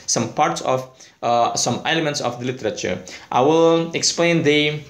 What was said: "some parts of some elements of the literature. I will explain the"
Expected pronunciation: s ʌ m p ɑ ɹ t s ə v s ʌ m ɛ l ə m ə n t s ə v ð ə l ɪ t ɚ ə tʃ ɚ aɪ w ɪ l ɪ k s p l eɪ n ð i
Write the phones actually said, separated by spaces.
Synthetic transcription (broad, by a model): s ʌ m p ɑ ɹ t s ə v s ʌ m ɛ l ə m ə n t s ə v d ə l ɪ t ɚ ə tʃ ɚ aɪ w ɪ l ɪ k s p l eɪ n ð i